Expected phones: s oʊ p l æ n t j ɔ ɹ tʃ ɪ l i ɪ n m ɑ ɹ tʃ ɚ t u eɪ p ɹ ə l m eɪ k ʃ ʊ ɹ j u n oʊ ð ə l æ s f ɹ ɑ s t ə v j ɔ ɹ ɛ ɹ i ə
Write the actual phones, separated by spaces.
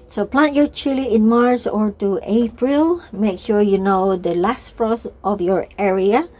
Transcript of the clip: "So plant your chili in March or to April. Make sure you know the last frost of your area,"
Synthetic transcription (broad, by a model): s oʊ p l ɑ n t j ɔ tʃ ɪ l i ɪ n m ɑ ɹ s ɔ t u eɪ p ɹ ə l m eɪ k ʃ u j u n oʊ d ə l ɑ s f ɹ ɑ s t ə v j ɔ ɹ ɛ ɹ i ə